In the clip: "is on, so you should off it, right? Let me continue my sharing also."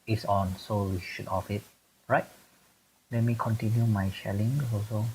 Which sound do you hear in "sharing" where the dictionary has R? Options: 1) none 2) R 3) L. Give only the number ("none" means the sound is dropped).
3